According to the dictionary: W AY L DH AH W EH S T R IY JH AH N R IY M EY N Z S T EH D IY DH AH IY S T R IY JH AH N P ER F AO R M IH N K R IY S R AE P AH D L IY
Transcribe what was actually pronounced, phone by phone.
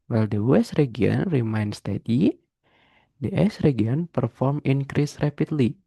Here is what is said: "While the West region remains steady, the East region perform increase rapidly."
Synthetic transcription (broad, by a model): W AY L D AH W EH S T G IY AH N R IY M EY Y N S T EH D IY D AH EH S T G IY AH N P ER F AO R M IH N K R IY S R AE P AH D L IY